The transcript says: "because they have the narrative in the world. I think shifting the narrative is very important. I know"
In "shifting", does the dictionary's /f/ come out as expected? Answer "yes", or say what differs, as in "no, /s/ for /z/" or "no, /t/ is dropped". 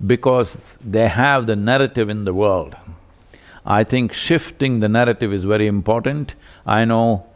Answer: yes